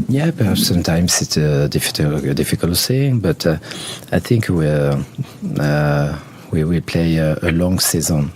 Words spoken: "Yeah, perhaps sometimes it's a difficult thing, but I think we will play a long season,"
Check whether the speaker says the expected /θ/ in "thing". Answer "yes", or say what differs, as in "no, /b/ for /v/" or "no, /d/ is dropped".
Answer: no, /s/ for /θ/